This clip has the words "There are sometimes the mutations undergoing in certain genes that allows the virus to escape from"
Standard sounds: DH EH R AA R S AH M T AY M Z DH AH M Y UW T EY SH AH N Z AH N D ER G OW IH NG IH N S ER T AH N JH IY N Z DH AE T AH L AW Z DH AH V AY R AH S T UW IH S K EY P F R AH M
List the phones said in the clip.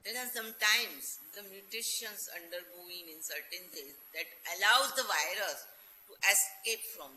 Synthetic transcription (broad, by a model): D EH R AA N S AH M T AY M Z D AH M Y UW T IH SH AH N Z AH N D ER G OW IH NG IH N S ER T AH N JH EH Z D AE T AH L AW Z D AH V AY R AH S T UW IH S K EY P F R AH M